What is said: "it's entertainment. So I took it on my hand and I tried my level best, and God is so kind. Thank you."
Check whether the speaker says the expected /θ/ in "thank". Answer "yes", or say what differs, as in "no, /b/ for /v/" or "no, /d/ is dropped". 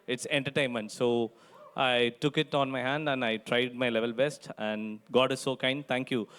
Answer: no, /t/ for /θ/